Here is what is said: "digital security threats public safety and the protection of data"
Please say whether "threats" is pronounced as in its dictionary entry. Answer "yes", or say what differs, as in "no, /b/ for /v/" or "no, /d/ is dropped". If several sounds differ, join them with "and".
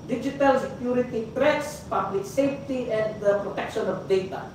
no, /t/ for /θ/